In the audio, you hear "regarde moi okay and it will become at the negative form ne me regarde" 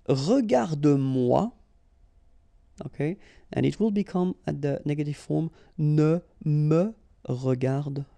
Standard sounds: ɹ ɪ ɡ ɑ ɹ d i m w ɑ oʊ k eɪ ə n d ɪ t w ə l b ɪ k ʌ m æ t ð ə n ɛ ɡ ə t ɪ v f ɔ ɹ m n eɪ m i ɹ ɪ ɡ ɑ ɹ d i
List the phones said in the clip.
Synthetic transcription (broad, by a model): ɹ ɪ ɡ ɑ ɹ d m w ɑ oʊ k eɪ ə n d ɪ t w ə l b ɪ k ʌ m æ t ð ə n ɛ ɡ ə t ɪ v f ɔ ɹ m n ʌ m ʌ ɹ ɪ ɡ ɑ ɹ d